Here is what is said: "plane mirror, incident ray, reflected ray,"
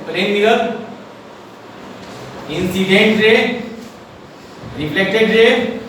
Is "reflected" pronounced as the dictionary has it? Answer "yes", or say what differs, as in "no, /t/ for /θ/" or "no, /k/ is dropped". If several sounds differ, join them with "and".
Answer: no, /p/ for /f/